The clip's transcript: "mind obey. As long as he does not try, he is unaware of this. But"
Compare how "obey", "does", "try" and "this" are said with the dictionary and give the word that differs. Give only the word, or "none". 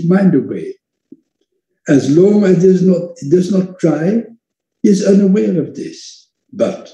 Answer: obey